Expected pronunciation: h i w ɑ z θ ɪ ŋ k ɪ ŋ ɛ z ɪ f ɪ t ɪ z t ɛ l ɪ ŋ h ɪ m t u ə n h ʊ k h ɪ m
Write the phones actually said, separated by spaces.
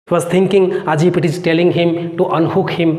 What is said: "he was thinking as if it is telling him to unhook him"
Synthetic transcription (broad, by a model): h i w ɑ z t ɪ ŋ k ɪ ŋ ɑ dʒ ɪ p ɪ t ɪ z t ɛ l ɪ ŋ h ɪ m t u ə n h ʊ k h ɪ m